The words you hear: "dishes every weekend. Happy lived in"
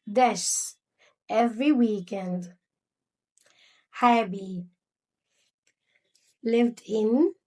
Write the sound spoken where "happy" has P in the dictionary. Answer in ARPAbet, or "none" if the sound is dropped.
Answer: B